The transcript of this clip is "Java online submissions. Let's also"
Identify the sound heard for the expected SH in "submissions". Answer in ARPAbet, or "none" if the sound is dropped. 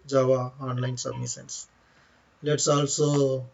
S